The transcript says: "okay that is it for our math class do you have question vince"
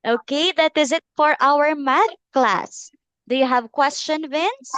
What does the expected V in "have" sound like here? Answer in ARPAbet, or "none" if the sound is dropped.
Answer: V